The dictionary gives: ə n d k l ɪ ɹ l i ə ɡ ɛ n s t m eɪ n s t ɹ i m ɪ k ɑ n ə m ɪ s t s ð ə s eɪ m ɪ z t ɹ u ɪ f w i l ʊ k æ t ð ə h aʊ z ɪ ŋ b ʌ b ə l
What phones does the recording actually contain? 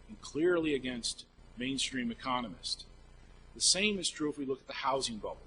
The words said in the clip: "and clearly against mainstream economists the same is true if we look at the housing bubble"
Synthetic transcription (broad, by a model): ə n k l ɪ ɹ l i ə ɡ ɛ n s t m eɪ n s t ɹ i m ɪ k ɑ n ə m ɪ s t ð ə s eɪ m ɪ z t ɹ u ɪ f w i l ʊ k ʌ t ð ə h aʊ z ɪ ŋ b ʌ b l